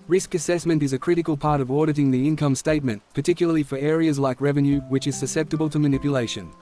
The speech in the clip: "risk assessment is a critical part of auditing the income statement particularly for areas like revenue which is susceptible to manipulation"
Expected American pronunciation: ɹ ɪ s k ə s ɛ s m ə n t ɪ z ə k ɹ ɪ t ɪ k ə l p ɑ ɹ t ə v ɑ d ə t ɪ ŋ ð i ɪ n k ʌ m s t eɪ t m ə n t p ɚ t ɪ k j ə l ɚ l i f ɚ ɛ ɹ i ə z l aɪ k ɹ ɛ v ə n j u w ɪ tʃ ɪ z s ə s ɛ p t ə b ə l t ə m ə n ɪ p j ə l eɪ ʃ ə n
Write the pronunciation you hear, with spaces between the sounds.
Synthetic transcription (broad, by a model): ɹ ɪ s k ə s ɛ s m ə n t ɪ z ə k ɹ ɪ t ɪ k ə l p ɑ ɹ t ə v ɑ d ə t ɪ ŋ ð i ɪ n k ʌ m s t eɪ t m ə n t p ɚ t ɪ k j l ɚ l i f ɚ ɛ ɹ i ə z l aɪ k ɹ ɛ v ə n j u w ɪ tʃ ɪ z s ə s ɛ p t ə b ə l t ə m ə n ɪ p j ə l eɪ ʃ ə n